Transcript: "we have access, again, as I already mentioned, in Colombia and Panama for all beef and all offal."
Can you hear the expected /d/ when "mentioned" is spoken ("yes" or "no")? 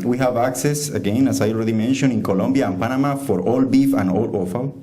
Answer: no